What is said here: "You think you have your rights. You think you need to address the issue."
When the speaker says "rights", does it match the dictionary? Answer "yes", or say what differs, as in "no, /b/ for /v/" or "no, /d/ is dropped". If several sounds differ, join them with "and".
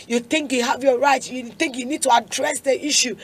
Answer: no, /s/ is dropped